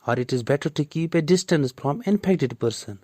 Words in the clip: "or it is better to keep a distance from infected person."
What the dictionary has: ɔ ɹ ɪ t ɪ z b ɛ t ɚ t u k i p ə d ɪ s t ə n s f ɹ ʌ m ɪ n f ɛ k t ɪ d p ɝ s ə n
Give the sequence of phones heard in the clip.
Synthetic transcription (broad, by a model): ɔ ɹ ɪ t ɪ z b ɛ t ɚ t u k i p ə d ɪ s t ə n s f ɹ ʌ m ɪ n p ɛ k t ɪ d p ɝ s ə n